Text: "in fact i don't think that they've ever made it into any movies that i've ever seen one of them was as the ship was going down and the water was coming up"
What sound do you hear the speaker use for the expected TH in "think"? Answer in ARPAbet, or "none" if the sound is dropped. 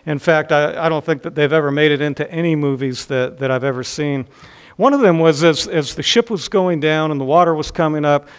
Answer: TH